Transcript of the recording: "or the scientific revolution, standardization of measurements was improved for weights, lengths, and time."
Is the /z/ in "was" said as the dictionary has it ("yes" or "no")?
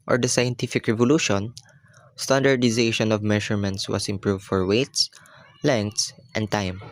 no